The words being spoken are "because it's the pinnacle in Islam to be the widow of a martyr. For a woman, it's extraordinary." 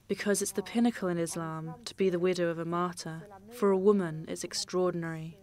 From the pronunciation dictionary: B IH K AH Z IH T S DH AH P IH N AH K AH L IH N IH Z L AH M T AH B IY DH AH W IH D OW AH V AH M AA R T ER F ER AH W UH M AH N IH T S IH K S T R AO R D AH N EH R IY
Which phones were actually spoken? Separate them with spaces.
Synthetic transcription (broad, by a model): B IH K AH Z IH T S DH AH P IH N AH K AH L IH N IH Z L AH M T AH B IY DH AH W IH D OW AH V AH M AA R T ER F ER AH W UH M AH N IH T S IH K S T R AO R D N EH R IY